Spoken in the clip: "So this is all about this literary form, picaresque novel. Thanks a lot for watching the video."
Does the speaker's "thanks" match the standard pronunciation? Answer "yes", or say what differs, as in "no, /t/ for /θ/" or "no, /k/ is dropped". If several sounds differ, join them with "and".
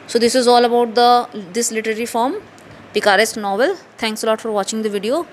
no, /t/ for /θ/